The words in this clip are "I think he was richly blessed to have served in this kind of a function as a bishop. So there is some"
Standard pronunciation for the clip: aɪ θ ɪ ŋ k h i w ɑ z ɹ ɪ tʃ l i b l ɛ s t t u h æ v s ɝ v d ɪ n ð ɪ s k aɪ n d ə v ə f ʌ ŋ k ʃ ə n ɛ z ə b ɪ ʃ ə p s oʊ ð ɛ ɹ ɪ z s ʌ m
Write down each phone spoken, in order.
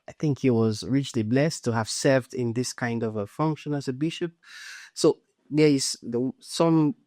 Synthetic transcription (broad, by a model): aɪ θ ɪ ŋ k h i w ɑ z ɹ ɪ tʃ l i b l ɛ s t t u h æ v s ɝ v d ɪ n ð ɪ s k aɪ n d ə v ə f ʌ ŋ k ʃ ə n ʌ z ə b ɪ ʃ ə p s oʊ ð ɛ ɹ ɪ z s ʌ m